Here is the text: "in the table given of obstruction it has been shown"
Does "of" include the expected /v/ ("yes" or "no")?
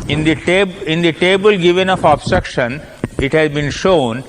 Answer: no